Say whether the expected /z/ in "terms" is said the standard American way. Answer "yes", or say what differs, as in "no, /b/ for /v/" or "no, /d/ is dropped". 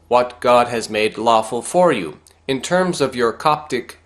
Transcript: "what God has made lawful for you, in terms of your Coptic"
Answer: yes